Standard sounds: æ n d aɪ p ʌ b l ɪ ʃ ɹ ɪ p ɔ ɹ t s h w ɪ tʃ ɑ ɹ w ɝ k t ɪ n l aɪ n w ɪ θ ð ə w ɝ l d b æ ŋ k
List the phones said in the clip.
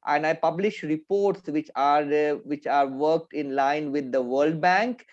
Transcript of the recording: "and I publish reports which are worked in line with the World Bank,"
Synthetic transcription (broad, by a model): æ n d aɪ p ʌ b l ɪ ʃ ɹ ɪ p ɔ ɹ t s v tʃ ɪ tʃ ɑ ɹ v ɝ k t ɪ n l aɪ n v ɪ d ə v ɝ l d b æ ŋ k